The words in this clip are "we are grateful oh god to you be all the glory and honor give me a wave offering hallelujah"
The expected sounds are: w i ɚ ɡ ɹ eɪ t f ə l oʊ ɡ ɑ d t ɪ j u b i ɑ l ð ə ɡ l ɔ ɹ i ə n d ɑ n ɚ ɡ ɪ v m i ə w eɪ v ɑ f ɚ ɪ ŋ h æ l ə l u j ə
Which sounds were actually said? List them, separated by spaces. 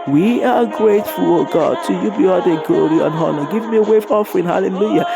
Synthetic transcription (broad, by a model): w i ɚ ɡ ɹ eɪ t f ə l oʊ ɡ ɑ d t ɪ j u b i ɑ l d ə ɡ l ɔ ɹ i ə n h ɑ n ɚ ɡ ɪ v m i ə w eɪ f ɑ f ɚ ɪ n h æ l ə l u j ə